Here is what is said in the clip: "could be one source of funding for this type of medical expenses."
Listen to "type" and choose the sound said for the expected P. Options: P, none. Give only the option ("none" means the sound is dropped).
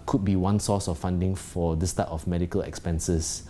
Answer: none